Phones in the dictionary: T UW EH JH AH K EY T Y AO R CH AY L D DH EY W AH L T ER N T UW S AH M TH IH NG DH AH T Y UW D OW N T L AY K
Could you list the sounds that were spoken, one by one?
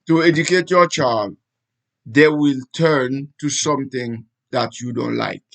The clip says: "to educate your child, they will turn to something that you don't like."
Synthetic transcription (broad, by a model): T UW EH JH AH K EY T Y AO CH AY L D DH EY W AH L T ER N T UW S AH M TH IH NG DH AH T Y UW D OW N T L AY K